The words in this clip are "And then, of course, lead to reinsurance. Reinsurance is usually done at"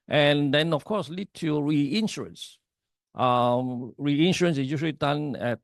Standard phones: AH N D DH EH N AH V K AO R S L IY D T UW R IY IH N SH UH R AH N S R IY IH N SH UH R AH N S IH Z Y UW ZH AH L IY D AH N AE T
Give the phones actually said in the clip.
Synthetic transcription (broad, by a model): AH N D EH N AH F K AO S L IY D T UW R IY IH N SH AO R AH N S R IY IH N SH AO R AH N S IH S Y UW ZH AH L IY D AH N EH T